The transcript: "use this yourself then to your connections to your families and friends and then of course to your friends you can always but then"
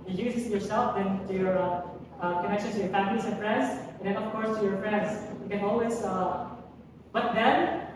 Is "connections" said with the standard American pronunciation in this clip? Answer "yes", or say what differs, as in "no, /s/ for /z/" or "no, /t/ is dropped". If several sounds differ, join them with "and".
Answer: no, /z/ is dropped